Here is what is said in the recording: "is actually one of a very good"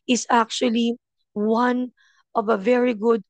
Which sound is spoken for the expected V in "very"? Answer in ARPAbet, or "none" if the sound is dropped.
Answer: V